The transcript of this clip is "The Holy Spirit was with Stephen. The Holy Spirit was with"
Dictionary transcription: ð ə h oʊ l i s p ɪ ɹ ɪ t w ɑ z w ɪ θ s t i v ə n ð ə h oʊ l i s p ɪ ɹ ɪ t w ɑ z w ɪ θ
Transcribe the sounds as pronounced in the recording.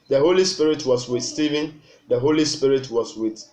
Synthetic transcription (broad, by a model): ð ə h oʊ l i s p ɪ ɹ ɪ t w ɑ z w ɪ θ s t i v ə n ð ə h oʊ l i s p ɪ ɹ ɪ t w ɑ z w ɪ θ